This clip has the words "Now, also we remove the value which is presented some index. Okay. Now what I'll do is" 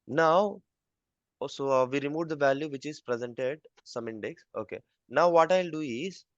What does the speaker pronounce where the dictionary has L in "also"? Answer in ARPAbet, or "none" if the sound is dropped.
W